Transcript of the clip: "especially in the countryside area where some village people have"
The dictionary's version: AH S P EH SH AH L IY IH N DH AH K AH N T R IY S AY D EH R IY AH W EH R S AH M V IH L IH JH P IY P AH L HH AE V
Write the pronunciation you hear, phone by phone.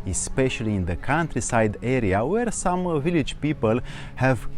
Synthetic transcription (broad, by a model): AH S P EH SH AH L IY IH N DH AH K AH N T R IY S AY D EH R IY AH W EH R S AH M V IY L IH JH P IY P AH L HH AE V